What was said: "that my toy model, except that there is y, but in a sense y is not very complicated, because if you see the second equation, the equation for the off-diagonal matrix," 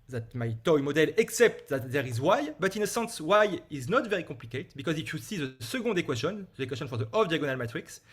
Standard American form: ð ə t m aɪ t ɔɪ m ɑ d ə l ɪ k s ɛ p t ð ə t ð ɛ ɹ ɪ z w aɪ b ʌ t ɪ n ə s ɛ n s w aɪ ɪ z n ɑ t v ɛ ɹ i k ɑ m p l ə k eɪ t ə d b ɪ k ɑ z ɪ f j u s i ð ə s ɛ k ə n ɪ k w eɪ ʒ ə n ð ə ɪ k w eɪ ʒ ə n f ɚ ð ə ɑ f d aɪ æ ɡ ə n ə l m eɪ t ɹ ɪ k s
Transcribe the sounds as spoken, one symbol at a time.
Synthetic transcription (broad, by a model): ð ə t m aɪ t ɔɪ m ɑ d ə l ɪ k s ɛ p t ð ə t ð ɛ ɹ ɪ z w aɪ b ʌ t ɪ n ə s ɛ n s w aɪ ɪ z n ɑ t v ɛ ɹ i k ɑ p l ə k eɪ t b ɪ k ɑ z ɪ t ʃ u s i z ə s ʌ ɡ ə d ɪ k w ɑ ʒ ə n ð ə k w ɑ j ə n f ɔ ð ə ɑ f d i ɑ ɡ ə n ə l m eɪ t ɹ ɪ k s